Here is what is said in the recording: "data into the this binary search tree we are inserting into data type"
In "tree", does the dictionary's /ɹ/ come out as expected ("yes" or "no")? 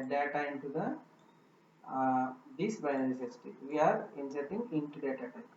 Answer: no